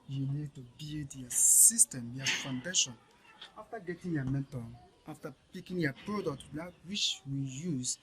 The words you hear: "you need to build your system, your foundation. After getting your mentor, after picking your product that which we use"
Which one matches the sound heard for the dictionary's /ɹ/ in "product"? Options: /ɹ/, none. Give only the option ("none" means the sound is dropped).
/ɹ/